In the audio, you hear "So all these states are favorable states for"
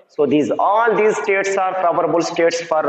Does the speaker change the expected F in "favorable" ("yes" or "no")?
yes